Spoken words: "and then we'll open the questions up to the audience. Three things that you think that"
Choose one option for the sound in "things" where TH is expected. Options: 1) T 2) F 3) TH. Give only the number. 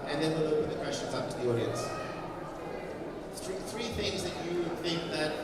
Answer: 3